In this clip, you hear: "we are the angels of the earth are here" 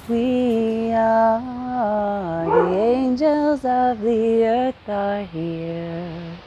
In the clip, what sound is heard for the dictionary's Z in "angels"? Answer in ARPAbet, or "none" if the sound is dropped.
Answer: Z